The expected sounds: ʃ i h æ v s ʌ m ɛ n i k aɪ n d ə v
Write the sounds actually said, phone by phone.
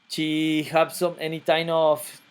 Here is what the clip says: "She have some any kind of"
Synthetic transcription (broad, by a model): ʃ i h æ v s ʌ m ɛ n i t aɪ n ə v